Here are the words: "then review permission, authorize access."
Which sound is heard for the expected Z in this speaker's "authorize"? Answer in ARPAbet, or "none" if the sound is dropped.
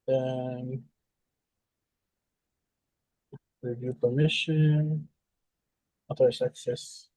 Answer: S